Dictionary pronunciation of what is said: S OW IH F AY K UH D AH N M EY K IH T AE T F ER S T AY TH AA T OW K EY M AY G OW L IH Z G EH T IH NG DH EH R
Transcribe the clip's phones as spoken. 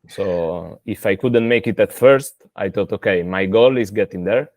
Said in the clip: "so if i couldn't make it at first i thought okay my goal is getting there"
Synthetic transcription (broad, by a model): S OW IH F AY K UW D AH N M EY K IH T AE T F ER S T AY T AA T OW K EY M AY G OW L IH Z G EH T IH NG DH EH R